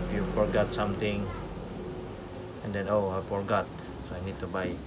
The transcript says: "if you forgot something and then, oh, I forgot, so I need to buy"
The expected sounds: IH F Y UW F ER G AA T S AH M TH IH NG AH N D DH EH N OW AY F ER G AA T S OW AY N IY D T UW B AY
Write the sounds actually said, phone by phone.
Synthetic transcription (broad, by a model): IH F Y UW F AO G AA T S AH M T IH NG AH N D EH N OW AY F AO G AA T S OW AY N IY D T UW B AY